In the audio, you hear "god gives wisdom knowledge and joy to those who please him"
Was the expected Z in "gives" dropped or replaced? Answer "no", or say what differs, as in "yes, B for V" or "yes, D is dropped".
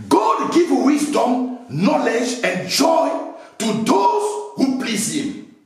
yes, Z is dropped